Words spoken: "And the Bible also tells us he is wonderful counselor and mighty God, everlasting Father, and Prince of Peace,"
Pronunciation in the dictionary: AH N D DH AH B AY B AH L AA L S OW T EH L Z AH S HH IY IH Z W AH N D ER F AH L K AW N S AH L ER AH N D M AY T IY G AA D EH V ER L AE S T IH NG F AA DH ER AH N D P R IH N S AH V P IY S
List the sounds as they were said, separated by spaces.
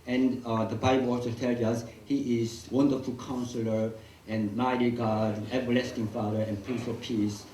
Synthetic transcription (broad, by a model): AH N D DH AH B AY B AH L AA S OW T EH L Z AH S HH IY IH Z W AH N D ER F AH L K AW N S AH L ER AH N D M AY T IY G AA D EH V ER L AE S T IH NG F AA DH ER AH N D P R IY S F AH P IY S